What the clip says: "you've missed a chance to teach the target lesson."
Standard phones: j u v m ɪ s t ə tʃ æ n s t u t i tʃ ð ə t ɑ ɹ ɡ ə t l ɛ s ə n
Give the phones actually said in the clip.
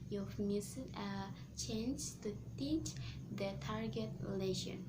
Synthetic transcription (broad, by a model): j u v m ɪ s ə tʃ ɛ n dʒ t u t i tʃ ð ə t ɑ ɹ ɡ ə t l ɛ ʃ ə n